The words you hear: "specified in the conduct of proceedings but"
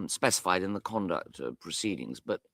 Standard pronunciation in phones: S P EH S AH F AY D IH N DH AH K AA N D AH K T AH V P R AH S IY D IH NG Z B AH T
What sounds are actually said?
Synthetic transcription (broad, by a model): S P EH S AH F AY D IH N DH AH K AA N D AH K T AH P R AH S IY D IH NG Z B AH T